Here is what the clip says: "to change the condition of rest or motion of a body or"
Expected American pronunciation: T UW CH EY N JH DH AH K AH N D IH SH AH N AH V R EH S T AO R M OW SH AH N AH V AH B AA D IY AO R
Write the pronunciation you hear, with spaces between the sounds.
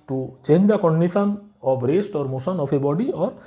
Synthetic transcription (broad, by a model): T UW CH EY N JH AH K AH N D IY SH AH N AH P R EH S T AO R M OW S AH N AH P AH B AA D IY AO R